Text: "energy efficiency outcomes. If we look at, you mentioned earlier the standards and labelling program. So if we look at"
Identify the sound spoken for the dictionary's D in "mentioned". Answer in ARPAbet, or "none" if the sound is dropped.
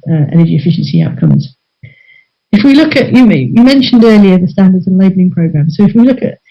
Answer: D